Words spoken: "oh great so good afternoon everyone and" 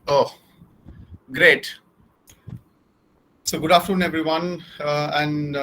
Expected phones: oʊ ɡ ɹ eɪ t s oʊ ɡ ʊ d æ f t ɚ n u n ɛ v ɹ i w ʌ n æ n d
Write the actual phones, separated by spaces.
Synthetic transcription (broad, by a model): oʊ ɡ ɹ eɪ t s oʊ ɡ ʊ d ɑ f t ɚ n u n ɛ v ɹ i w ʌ n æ n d